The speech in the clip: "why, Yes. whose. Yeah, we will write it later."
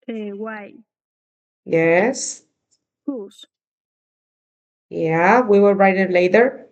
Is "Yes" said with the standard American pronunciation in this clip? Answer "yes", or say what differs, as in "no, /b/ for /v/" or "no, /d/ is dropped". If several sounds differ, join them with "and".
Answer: yes